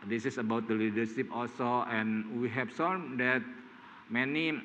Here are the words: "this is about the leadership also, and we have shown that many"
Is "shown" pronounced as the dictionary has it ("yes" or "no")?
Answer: no